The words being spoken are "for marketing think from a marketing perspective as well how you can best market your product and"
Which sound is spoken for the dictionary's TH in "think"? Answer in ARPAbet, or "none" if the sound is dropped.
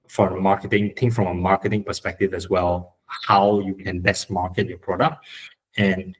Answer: T